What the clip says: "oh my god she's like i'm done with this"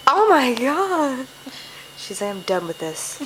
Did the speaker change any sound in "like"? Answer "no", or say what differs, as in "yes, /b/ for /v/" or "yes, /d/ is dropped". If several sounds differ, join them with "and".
yes, /k/ is dropped